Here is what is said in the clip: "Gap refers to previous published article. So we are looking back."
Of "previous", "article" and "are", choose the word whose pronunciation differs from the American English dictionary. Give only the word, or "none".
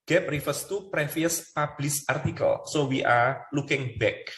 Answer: previous